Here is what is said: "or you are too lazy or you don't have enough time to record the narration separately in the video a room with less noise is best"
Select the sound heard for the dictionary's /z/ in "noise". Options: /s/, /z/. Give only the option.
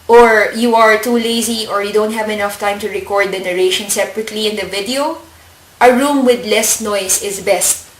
/s/